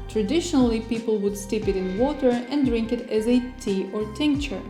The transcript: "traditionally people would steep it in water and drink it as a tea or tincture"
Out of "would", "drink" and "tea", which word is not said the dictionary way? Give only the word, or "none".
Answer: none